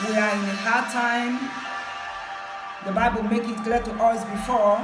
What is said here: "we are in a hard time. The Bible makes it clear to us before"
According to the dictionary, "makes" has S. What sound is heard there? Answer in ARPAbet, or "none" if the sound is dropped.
none